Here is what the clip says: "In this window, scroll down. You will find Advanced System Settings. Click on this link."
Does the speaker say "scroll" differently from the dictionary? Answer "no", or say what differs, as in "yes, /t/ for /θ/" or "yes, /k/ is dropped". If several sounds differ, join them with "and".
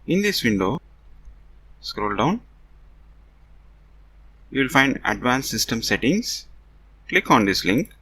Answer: no